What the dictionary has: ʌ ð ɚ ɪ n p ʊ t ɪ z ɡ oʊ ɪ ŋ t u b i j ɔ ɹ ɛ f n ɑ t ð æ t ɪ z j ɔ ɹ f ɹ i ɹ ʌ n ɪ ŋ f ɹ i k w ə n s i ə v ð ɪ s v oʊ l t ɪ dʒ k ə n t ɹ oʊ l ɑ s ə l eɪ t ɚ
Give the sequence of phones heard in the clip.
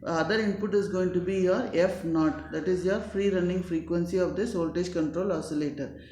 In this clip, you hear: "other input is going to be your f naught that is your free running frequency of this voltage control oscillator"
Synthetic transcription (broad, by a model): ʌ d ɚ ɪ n p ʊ t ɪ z ɡ oʊ ɪ ŋ t u b i j ɔ ɹ ɛ f n ɑ t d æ t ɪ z j ɔ ɹ f ɹ i ɹ ʌ n ɪ ŋ f ɹ i k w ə n s i ə v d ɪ s oʊ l t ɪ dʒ k ə n t ɹ oʊ l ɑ s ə l eɪ t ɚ